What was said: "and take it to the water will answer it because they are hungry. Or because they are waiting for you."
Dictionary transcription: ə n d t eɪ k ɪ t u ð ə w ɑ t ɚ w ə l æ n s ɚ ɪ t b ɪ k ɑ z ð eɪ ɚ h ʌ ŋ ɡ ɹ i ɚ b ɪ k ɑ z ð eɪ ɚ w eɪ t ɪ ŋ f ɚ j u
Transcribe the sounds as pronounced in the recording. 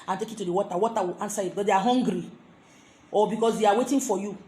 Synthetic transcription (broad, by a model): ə n t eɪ k ɪ t u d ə w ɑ t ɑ w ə w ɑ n s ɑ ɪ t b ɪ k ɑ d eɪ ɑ h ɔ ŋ ɡ ɹ i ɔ b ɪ k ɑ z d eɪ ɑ w eɪ t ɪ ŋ f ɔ j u